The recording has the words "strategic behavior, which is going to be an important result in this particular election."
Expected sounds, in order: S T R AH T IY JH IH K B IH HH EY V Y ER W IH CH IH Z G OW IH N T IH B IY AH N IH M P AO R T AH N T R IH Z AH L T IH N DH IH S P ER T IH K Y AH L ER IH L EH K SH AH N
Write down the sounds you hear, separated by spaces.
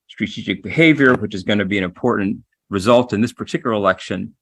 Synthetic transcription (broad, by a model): S T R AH T IY JH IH K B IH HH EY V Y ER W IH CH IH Z G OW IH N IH B IY AH N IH M P AO R T N T R IH Z AH L T IH N DH IH S P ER T IH K Y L ER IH L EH K SH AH N